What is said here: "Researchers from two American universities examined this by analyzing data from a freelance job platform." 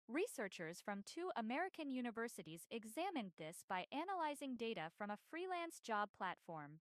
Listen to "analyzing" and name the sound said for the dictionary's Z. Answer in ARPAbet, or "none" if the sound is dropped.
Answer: Z